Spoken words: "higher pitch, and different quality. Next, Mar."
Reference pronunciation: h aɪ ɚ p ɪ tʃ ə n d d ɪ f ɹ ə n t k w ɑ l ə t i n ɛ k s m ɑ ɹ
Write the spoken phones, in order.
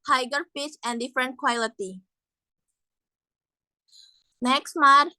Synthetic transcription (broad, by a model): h aɪ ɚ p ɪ s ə n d d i f ɹ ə n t k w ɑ l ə t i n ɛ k s m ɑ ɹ